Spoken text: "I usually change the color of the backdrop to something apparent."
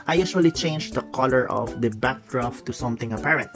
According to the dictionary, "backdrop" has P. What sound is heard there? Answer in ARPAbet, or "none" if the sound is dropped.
F